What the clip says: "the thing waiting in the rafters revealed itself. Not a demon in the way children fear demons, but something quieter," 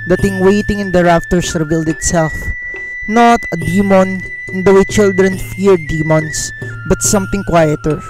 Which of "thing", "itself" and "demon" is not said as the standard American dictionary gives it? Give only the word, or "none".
thing